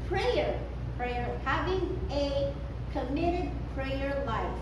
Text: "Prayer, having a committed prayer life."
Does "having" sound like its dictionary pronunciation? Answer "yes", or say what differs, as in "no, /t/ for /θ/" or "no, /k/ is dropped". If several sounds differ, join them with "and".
yes